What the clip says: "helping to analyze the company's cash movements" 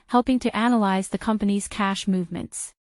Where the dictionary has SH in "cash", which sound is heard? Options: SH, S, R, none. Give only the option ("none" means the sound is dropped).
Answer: SH